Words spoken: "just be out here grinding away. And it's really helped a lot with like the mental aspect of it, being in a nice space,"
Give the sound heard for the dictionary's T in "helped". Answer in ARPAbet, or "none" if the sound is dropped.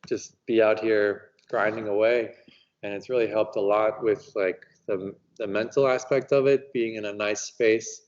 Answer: T